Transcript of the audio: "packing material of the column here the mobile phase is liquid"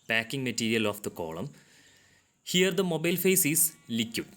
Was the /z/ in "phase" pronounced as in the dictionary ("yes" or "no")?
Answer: no